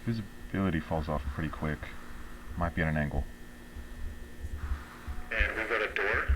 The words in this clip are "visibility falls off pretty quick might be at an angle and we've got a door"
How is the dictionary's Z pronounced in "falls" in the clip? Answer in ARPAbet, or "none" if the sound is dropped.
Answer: Z